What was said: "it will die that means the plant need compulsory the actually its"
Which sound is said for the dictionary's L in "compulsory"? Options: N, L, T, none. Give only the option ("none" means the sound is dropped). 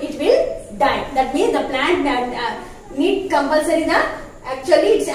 L